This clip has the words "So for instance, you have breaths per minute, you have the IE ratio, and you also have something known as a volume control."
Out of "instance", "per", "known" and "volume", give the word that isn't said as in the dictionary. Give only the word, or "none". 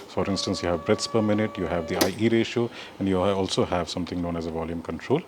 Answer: none